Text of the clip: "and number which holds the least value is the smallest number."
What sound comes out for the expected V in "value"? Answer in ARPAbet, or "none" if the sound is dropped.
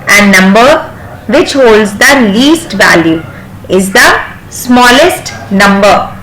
V